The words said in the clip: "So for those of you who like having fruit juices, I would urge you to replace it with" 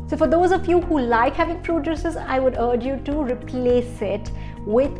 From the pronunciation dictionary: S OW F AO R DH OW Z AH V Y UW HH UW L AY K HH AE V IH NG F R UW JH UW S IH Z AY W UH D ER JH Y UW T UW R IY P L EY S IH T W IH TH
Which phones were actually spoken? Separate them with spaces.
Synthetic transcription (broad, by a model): S OW F AO R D OW Z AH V Y UW HH UW L AY K HH AE V IH NG P R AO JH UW S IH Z AY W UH D ER JH Y UW T UW R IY P L EY S IH T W IH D